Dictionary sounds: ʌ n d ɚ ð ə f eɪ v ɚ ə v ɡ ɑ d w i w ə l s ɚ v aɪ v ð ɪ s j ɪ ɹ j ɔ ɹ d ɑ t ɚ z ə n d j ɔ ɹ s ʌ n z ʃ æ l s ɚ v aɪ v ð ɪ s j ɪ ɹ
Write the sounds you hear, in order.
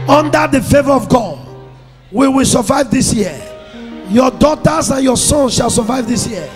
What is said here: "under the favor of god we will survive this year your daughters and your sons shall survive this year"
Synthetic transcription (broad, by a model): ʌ n d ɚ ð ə f eɪ v ɚ ə v ɡ ɑ d w i w ə l s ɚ v aɪ v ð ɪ s j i j ɔ d ɑ t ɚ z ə n j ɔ s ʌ n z ʃ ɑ l s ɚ v aɪ v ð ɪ s j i